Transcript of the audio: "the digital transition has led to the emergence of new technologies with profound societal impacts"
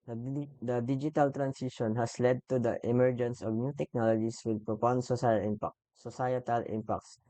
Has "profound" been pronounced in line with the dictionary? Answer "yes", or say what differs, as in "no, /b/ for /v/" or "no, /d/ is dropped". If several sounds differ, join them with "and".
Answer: no, /p/ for /f/